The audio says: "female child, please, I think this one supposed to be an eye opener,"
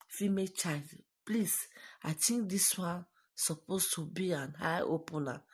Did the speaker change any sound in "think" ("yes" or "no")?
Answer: yes